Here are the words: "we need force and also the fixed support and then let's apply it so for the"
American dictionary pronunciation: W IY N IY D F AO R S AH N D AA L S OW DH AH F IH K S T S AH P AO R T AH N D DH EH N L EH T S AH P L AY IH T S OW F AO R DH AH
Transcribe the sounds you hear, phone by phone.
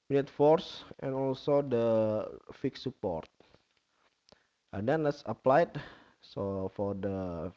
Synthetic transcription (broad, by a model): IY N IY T F AO R S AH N AA L S OW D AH F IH K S S AH P AO R T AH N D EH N L EH T S AH P L AY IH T S OW F AO R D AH